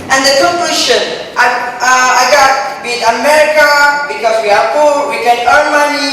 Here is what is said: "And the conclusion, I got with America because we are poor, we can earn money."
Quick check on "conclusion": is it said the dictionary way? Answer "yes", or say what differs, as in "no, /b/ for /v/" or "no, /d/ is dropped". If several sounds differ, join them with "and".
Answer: no, /ʃ/ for /ʒ/